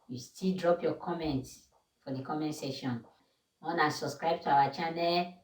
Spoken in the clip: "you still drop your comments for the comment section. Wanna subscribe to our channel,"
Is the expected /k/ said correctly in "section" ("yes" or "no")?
no